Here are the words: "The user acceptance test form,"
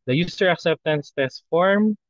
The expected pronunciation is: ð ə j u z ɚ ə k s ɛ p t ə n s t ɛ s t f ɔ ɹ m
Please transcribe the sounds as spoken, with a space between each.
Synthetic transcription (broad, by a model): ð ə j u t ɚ ə k s ɛ p t ə n s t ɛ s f ɔ ɹ m